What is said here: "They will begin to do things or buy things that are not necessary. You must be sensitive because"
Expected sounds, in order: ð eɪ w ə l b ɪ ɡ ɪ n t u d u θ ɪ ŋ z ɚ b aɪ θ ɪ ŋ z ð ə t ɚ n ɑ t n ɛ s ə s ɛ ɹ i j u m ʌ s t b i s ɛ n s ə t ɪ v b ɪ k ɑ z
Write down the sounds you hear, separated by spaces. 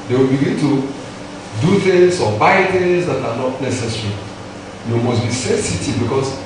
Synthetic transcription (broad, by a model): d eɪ w ə l b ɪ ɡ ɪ n t u d u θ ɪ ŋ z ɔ b aɪ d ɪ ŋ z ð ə t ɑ n ɑ t n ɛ s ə s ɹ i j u m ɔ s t b i s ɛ s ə t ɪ b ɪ k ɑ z